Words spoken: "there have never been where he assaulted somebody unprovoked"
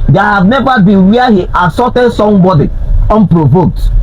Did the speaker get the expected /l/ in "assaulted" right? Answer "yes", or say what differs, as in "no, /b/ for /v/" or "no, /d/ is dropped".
no, /l/ is dropped